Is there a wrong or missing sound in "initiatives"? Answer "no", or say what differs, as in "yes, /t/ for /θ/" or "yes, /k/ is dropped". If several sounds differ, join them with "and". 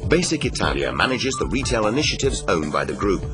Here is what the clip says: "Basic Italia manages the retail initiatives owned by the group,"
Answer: no